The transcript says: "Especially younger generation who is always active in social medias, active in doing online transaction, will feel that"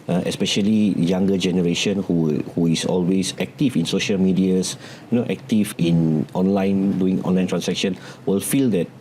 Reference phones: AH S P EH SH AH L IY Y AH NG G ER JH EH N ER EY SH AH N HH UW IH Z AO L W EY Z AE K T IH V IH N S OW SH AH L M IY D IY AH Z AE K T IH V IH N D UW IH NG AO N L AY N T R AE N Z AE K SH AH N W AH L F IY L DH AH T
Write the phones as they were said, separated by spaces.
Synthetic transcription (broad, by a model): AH S P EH SH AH L IY Y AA NG G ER JH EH N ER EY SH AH N HH UW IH S AO L W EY S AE K T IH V IH N S OW SH AH L M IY D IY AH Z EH K T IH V IH N D UW IH NG AO N L AY N T R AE N S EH K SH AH N W AH L F IY L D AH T